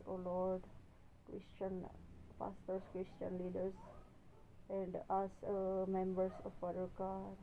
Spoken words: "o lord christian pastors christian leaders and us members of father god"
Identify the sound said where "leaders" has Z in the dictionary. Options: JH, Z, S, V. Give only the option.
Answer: S